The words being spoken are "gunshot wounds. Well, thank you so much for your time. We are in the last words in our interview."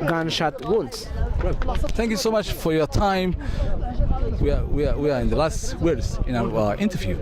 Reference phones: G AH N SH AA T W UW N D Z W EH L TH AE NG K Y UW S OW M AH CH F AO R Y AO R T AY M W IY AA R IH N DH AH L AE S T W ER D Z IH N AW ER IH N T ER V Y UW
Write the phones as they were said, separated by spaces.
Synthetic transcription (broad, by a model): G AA N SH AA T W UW N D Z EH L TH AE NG K Y UW S OW M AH CH F AO R Y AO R T AY M W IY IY W IH N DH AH L AE S T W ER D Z IH N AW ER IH N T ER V Y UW